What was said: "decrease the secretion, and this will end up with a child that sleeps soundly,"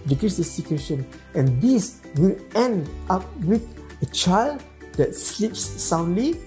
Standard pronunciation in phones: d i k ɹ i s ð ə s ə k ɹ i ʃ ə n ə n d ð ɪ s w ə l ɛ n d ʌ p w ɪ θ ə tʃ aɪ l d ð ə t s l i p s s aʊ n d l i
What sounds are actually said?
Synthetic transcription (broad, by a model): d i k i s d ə s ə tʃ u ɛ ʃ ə n ə n d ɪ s w ə l ɛ n d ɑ p w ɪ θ ə tʃ aɪ l d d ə t s l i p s s aʊ n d l i